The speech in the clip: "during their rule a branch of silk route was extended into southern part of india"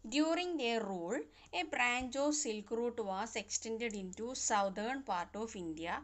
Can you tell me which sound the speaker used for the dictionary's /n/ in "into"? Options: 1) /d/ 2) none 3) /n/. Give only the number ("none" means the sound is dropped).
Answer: 3